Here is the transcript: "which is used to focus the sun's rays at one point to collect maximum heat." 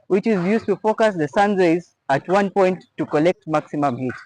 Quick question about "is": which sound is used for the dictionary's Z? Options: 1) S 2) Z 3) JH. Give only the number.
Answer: 2